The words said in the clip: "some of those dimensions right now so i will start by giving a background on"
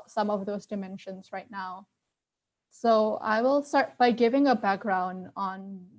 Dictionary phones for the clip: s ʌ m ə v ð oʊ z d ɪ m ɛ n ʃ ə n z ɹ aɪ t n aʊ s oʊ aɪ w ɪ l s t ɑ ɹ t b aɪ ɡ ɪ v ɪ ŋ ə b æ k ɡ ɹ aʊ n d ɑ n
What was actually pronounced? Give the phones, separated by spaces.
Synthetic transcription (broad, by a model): s ʌ m ə v ð oʊ z d ɪ m ɛ n ʃ ə n z ɹ aɪ t n aʊ s oʊ aɪ w ɪ l s t ɑ ɹ t b aɪ ɡ ɪ v ɪ ŋ ə b æ k ɡ ɹ aʊ n d n